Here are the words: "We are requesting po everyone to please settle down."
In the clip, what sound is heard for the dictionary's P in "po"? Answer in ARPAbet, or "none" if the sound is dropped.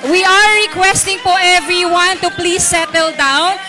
F